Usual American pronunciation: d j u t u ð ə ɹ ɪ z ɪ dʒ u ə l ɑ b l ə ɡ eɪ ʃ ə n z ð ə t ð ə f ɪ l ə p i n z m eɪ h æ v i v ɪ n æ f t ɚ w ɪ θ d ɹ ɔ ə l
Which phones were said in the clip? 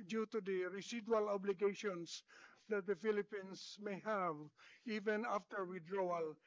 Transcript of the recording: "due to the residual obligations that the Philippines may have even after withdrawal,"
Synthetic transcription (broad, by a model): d j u t u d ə ɹ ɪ s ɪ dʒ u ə l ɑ b l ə ɡ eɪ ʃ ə n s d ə t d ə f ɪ l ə p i n s m eɪ h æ v i v ɪ n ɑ f t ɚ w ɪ d ɹ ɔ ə l